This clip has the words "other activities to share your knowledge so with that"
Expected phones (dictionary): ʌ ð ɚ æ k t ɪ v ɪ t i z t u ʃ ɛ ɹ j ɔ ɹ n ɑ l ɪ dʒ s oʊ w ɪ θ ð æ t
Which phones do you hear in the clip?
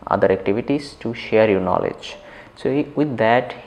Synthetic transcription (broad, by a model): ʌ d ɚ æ k t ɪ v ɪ t i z t u ʃ ɛ ɹ j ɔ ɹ n ɑ l ɪ dʒ s oʊ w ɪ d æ t